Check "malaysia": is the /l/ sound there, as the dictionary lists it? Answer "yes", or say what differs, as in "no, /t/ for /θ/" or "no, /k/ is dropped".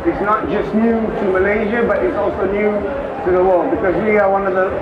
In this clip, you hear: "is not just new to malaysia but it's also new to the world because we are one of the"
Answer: yes